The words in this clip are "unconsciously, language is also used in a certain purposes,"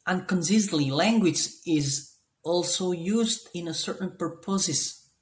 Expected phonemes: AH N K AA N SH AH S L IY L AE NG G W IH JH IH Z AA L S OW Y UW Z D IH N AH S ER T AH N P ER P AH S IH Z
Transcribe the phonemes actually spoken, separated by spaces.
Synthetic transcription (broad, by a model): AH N K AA N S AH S L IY L AE NG G W IH JH IH Z AA L S OW Y UW Z D IH N AH S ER T N P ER P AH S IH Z